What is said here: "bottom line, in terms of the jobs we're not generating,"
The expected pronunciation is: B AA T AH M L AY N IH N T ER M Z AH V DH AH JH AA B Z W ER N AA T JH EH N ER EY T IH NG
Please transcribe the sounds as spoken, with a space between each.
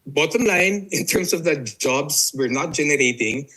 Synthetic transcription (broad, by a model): B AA T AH M L AY N IH N T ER M S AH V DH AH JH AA B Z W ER N AA T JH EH N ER EY T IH NG